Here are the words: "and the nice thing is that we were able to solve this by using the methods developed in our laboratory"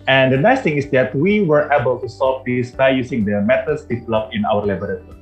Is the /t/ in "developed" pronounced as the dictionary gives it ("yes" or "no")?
no